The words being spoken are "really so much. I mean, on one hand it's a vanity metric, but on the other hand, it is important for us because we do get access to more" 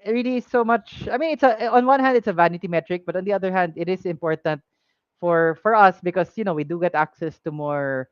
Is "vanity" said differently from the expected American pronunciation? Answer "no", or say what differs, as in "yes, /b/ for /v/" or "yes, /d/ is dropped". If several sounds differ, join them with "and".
no